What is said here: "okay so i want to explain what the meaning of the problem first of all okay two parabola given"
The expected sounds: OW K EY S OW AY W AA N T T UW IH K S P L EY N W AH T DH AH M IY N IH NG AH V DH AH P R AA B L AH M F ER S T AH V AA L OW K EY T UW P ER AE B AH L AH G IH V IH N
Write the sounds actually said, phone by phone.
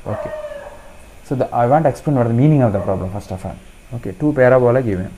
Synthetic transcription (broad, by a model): OW K EY S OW AY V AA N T T UW IH K S P L EY N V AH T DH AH M IY N IH NG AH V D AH P R AA B L AH M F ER S T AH F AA N OW K EY T UW P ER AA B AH L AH G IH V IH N